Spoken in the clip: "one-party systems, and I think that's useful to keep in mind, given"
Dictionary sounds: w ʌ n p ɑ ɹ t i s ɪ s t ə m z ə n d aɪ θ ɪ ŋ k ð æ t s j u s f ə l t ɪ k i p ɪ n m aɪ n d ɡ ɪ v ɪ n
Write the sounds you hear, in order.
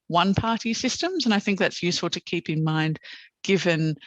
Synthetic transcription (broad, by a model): w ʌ n p ɑ ɹ t i s ɪ s t ə m z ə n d aɪ θ ɪ ŋ k ð æ t s j u s f ə l t ɪ k i p ɪ n m aɪ n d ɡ ɪ v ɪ n